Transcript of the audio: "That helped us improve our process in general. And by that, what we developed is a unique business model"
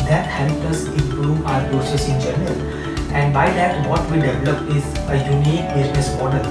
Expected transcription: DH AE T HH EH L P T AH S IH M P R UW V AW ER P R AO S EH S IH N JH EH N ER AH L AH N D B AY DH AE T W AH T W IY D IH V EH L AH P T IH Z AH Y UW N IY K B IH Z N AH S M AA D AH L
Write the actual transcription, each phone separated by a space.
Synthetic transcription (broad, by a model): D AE T HH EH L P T AH S IH M P R UW V AW ER P R AO S EH S IH N JH EH N ER AH L AH N D B AY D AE T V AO T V IY D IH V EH L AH P IH Z AH Y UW N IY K B IH Z N AH S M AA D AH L